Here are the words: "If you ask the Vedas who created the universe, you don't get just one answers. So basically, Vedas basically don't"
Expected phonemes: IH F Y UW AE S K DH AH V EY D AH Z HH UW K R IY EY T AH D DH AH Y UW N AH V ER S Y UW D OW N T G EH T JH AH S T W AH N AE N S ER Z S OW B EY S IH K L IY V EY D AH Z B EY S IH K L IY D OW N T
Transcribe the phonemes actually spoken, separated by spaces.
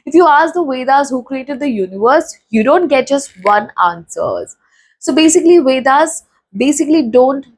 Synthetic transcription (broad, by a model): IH F Y UW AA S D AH V EY D AH Z HH UW K R IY EY T AH D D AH Y UW N AH V ER S Y UW D OW N T G EH T JH AH S T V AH N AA N S ER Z S OW B EY S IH K L IY V EY D AH Z B EY S IH K L IY D OW N T